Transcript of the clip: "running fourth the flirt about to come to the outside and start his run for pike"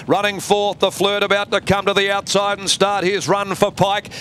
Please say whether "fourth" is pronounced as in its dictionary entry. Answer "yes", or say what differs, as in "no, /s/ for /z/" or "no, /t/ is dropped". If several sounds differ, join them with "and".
yes